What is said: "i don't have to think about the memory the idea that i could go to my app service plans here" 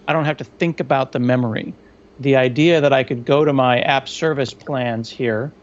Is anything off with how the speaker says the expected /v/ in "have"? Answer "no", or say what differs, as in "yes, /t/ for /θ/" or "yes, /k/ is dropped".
yes, /f/ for /v/